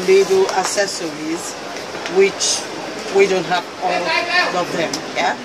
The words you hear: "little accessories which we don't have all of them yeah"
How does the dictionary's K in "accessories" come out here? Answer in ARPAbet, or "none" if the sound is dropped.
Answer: none